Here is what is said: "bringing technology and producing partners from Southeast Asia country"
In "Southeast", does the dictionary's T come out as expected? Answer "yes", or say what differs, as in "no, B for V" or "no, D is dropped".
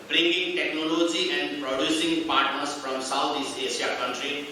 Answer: no, T is dropped